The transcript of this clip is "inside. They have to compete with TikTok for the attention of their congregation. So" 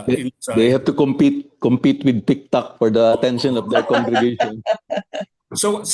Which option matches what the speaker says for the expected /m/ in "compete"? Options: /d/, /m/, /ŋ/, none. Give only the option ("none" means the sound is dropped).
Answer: /m/